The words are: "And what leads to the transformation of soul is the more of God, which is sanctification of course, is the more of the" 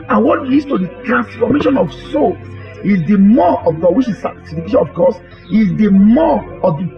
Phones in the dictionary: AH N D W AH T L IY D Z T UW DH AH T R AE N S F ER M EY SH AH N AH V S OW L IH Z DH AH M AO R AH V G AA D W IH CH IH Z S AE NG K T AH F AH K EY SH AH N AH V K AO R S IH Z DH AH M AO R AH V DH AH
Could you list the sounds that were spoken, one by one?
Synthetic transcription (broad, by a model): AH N W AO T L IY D T UW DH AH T R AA N S F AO M EY SH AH N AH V S OW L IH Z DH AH M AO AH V G AA D W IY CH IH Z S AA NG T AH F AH K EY SH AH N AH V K AO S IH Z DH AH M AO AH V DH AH